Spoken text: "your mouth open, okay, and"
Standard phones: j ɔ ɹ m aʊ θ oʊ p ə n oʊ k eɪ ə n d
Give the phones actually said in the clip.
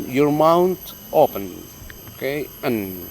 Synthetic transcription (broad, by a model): j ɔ ɹ m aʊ t oʊ p ə n oʊ k eɪ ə n